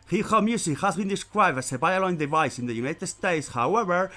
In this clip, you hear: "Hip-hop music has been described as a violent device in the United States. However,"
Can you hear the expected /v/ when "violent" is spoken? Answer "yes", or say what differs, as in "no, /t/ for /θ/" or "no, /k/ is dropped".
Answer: no, /b/ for /v/